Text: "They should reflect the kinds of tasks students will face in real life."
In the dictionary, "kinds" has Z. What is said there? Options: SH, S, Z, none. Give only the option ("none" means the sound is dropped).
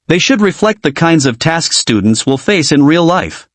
Z